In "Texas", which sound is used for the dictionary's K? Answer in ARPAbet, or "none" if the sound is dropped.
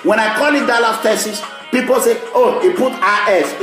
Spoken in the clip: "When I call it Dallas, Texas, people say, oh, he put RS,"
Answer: none